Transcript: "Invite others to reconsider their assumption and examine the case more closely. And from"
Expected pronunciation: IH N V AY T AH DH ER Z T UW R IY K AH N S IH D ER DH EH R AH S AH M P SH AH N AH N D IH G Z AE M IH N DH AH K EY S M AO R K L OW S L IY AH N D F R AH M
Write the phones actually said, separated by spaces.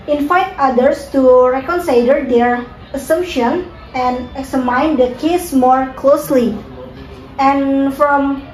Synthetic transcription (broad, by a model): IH N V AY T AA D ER S T UW R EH K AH N S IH D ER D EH R AH S AH M P SH AH N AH N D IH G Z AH M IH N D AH K EY S M AO R K L OW S L IY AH N F R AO M